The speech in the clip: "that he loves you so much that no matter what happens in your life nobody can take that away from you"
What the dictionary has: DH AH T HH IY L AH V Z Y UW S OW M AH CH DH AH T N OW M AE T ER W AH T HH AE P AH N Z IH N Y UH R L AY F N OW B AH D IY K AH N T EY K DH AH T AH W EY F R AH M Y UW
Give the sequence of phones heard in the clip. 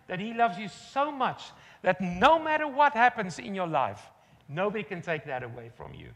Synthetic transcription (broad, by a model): DH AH T HH IY L AH V Z Y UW S OW M AH CH DH AH T N OW M AE T ER W AH T HH AE P AH N Z IH N Y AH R L AY F N OW B AH D IY K AH N T EY K DH AH T AH W EY F R AH M Y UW